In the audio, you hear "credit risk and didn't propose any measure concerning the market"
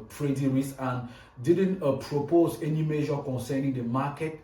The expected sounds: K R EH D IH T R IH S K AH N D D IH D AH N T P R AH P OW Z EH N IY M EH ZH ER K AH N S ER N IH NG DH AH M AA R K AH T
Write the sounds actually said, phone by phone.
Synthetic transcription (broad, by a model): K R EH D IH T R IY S AH N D D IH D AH N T P R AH P OW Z EH N IY M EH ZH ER K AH N S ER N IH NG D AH M AA K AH T